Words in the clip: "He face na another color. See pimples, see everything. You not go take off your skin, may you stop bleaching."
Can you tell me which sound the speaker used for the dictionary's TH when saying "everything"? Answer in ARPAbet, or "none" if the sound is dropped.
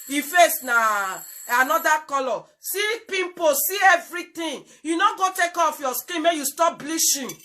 T